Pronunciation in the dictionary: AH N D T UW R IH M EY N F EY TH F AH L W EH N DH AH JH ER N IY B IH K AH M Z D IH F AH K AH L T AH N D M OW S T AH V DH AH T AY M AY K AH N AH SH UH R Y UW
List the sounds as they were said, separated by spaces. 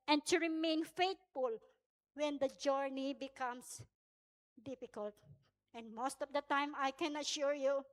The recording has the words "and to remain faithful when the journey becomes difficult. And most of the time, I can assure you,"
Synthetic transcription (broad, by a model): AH N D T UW R IH M EY N F EY T F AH L W EH N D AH JH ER N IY B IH K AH M S D IH F AH K AH L T AH N D M OW S T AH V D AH T AY M AY K AH N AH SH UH R Y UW